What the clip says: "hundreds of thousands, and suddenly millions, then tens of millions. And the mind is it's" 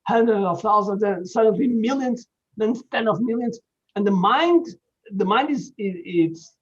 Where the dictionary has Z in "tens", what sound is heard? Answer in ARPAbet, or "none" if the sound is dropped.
none